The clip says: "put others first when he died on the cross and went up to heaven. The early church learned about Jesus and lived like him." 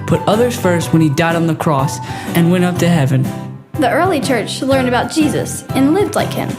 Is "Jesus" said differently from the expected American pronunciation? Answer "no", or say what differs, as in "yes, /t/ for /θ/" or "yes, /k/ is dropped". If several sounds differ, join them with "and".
no